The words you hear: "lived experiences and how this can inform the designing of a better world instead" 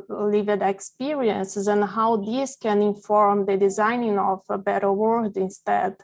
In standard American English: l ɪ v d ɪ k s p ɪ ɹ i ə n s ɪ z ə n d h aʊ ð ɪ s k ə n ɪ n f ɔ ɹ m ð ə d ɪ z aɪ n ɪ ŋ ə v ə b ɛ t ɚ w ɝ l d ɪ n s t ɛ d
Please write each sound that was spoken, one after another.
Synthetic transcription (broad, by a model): l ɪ v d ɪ k s p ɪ ɹ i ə n s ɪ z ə n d h aʊ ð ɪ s k ə n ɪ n f ɔ ɹ m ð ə d ɪ z aɪ n ɪ ŋ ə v ə b ɛ t ɚ w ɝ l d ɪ n s t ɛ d